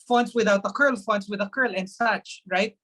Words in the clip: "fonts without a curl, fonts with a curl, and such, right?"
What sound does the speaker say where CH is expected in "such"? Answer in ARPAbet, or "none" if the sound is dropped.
CH